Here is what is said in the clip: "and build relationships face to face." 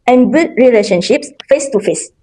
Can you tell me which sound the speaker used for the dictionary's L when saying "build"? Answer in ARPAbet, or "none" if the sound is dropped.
none